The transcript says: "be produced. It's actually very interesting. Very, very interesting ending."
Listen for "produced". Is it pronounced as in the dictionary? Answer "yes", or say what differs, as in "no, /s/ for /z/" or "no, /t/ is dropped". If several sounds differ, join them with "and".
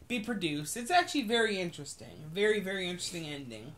yes